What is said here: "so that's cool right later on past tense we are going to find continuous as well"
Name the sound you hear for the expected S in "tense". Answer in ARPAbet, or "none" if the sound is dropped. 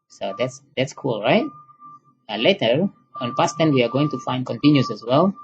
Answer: none